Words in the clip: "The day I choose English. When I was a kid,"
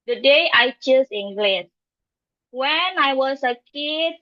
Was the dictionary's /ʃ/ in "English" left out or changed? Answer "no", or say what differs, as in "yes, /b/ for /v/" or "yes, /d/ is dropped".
yes, /s/ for /ʃ/